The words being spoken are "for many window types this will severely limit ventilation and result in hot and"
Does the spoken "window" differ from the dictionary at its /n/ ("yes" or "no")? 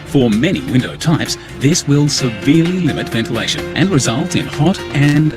no